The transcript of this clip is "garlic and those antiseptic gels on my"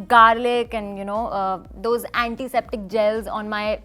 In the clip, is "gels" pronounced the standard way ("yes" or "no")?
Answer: yes